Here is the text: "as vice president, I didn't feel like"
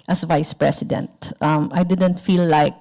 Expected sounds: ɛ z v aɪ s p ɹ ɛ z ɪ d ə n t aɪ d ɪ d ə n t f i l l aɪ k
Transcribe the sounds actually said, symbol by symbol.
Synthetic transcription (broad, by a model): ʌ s v aɪ s p ɹ ɛ s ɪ d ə n t aɪ d ɪ d ə n t f i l l aɪ k